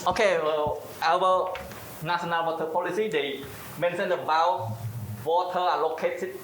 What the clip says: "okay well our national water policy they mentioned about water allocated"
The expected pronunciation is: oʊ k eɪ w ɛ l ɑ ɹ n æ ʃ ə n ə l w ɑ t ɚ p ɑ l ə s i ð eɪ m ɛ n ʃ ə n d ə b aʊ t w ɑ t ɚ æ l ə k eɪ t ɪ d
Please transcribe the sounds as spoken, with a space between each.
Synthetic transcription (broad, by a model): oʊ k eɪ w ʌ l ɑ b n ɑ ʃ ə n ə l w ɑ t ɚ p ɑ l ə s i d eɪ m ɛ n s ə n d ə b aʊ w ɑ t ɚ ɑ l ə k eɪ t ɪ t